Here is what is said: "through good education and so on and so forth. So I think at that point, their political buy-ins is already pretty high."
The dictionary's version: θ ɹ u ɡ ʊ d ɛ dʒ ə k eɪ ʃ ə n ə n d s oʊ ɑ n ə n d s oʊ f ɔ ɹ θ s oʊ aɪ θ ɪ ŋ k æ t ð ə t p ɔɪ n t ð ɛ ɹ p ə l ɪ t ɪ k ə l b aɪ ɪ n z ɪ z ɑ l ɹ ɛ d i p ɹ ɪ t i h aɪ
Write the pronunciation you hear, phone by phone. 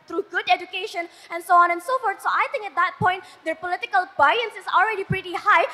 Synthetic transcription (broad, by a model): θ ɹ u ɡ ʊ d ɛ dʒ ə k eɪ ʃ ə n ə n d s oʊ ɑ n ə n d s oʊ f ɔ ɹ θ s oʊ aɪ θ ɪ ŋ k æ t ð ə t p ɔɪ n t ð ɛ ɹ p ə l ɪ t ɪ k ə l b aɪ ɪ n s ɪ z ɑ l ɹ ɛ d i p ɹ ɪ t i h aɪ